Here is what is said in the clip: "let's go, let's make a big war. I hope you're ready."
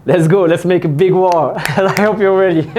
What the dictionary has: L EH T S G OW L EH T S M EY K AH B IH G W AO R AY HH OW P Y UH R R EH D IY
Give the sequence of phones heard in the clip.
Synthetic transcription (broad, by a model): L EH T S G OW L EH T S M EY K AH B IH G W AO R AY HH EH P Y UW L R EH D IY